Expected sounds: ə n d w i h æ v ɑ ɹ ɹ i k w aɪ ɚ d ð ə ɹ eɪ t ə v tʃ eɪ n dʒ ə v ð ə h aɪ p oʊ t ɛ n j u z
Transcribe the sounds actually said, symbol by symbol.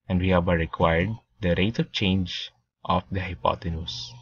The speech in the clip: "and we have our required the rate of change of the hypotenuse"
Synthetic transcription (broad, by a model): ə n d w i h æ b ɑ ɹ ɹ i k w aɪ ɚ d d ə ɹ eɪ t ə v tʃ eɪ n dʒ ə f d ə h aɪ p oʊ t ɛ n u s